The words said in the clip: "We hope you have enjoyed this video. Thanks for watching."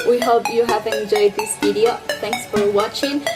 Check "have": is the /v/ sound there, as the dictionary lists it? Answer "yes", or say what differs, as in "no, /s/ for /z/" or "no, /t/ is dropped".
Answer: yes